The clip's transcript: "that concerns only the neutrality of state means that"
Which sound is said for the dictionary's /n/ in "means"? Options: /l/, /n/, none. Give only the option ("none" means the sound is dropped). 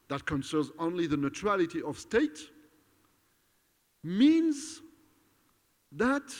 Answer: /n/